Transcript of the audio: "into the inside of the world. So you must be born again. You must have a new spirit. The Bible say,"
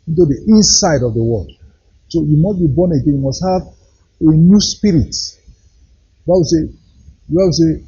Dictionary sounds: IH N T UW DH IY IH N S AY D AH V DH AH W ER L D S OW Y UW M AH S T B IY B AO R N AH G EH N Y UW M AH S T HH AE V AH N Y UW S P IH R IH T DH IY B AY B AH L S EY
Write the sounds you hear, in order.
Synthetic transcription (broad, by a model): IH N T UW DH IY IH N S AY D AH V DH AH W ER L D S OW Y UW M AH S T B IY B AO N AH G EH N Y UW M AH S T HH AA V AH N Y UW S P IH R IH T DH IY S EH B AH W S EY